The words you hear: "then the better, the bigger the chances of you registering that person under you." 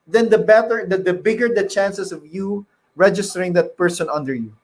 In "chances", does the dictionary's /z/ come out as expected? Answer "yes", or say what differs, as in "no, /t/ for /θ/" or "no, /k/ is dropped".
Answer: no, /s/ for /z/